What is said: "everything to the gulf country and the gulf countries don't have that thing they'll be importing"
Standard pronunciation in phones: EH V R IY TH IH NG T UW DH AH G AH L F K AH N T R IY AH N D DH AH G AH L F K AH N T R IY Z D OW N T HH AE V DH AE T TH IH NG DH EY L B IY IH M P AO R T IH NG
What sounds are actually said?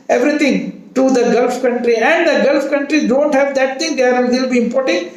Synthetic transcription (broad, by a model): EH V R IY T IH NG T UW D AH G AH L F K AH N T R IY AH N D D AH G AH L F K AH N T R IY D OW N T HH AE V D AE T T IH NG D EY L B IY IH M P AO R T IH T